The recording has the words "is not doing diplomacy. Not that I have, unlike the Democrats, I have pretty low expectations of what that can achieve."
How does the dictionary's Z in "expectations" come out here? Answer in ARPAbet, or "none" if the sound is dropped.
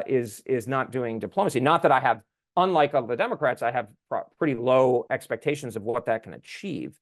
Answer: Z